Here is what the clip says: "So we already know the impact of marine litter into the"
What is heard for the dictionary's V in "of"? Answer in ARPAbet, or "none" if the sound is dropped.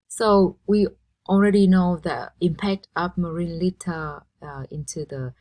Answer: P